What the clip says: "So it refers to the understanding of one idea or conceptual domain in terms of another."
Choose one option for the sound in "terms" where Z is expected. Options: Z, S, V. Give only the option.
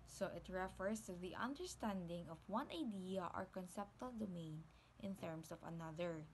S